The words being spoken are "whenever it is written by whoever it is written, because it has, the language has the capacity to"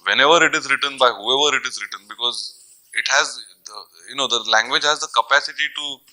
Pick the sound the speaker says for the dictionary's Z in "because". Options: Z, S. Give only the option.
Z